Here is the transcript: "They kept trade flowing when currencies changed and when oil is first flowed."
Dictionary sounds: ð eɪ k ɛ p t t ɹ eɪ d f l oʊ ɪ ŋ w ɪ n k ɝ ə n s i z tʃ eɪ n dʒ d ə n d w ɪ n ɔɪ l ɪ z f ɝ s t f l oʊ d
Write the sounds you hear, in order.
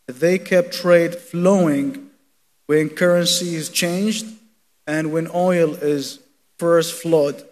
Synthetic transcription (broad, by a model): ð eɪ k ɛ p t t ɹ eɪ d f l oʊ ɪ ŋ w ɪ n k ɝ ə n s i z tʃ eɪ n dʒ d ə n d w ɪ n ɔɪ l ɪ z f ɝ s t f l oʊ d